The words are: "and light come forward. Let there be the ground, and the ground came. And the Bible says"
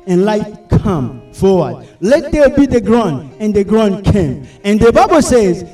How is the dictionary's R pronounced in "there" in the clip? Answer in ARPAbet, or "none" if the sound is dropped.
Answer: L